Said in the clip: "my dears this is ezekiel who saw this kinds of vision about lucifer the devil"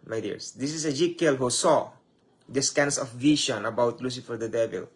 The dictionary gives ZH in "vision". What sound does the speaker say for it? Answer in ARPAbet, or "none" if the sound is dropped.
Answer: SH